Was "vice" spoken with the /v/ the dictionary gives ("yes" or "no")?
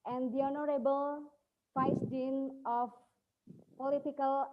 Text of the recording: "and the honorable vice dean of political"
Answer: no